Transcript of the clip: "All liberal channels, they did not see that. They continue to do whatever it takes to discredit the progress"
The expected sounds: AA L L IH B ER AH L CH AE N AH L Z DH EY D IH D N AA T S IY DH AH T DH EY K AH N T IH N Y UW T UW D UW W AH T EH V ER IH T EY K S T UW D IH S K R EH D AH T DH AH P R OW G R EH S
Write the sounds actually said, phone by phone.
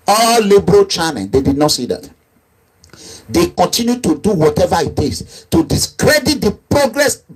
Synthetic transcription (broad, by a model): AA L L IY B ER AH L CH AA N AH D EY D IH D N AA T S IY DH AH T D EY K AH N T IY N Y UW T UW D UW W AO T EH V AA IH T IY S T UW D IH S K R EH D AH T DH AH P R OW G R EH S